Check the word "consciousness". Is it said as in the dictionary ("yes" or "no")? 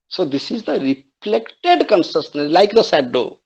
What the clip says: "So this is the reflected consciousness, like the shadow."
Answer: no